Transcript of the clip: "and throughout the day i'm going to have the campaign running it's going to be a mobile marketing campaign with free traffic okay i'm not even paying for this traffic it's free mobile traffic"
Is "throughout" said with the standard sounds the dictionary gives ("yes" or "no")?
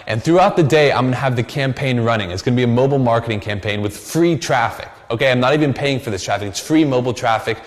yes